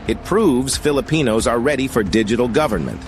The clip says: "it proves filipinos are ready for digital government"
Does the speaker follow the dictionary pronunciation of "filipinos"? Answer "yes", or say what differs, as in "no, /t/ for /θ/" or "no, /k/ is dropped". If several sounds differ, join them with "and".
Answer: yes